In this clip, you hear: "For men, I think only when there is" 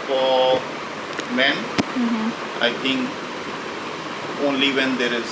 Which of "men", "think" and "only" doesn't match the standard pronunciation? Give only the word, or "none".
think